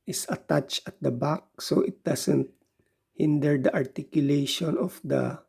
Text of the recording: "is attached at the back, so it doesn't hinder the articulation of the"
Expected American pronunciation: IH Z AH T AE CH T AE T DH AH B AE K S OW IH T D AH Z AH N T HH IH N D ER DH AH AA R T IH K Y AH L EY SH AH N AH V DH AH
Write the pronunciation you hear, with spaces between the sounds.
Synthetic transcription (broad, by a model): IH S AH T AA CH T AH T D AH B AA K S OW IH T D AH S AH N T HH IH N D ER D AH AA R T IH K Y AH L EY SH AH N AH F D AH